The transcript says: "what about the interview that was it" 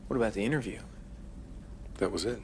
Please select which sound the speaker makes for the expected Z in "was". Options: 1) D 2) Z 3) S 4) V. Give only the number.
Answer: 2